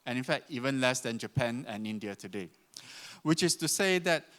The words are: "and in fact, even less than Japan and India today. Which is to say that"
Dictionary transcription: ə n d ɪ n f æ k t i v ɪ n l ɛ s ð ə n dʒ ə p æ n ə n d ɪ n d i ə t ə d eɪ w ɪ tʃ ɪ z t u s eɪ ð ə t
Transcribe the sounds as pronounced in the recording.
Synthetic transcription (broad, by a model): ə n ɪ n f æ k t i v ɪ n l ɛ s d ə n dʒ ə p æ n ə n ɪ n d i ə t ə d eɪ w ɪ tʃ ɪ s t u s eɪ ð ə t